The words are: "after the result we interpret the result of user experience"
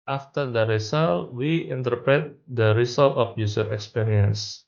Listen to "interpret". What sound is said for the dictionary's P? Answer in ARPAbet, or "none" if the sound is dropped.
P